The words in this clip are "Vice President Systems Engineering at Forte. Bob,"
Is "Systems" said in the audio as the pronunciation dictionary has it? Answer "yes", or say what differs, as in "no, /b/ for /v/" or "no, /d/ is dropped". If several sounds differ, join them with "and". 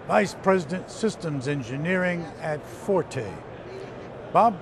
yes